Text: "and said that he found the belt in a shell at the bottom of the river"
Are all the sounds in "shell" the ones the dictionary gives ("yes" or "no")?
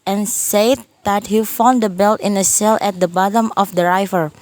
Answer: no